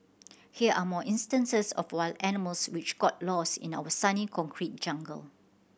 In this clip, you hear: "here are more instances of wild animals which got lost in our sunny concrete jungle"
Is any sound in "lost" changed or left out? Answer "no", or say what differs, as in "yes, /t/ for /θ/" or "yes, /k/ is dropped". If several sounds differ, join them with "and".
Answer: yes, /t/ is dropped